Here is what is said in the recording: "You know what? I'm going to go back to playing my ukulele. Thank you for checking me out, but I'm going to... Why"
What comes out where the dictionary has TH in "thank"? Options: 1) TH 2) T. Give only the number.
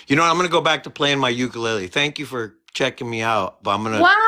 1